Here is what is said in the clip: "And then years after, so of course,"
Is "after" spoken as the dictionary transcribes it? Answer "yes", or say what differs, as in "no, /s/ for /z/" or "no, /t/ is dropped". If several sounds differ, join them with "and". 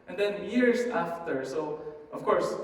yes